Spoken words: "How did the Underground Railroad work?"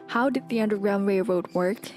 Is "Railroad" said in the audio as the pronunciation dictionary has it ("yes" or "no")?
no